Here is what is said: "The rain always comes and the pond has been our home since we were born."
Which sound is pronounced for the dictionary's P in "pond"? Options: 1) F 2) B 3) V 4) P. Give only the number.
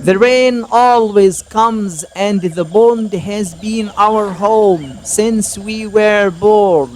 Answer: 2